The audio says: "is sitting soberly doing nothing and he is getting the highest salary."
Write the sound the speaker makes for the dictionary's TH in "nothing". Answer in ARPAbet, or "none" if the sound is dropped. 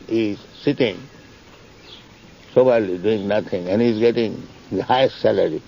T